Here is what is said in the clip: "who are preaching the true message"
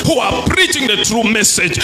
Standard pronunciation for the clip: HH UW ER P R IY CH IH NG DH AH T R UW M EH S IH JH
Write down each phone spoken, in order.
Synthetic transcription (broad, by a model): HH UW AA P R IY CH IH NG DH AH T R UW M EH S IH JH